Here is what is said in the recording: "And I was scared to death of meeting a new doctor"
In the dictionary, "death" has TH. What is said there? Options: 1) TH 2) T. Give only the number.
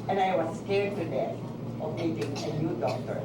2